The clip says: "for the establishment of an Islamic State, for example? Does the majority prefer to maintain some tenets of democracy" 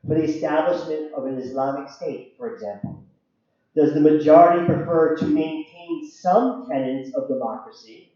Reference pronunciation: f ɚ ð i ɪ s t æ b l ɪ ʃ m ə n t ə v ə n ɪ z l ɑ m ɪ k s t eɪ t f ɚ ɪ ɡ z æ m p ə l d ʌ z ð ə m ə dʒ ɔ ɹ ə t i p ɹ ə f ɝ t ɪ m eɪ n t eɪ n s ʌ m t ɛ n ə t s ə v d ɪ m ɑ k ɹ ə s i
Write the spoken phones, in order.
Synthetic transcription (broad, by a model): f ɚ ð i ɪ s t æ b l ɪ ʃ m ə n t ə v ə n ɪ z l ɑ m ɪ k s t eɪ t f ɚ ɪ ɡ z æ m p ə l d ʌ z ð ə m ə dʒ ɔ ɹ ə t i p ɹ ə f ɝ t ɪ m eɪ n t eɪ n s ʌ m t ɛ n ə t s ə v d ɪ m ɑ k ɹ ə s i